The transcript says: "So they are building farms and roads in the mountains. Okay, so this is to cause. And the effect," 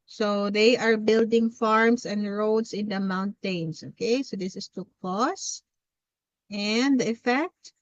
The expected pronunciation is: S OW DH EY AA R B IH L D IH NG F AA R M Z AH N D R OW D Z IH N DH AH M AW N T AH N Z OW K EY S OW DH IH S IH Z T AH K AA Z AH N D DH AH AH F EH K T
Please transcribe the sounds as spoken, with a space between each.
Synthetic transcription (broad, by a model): S OW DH EY AA R B IH L D IH NG F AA R M S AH N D R OW D S IH N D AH M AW N T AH N S OW K EY S OW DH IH S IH S T AH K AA S AH N D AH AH F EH K T